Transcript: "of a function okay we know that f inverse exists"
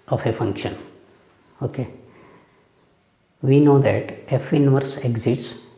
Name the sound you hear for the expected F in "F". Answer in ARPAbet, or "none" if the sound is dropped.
F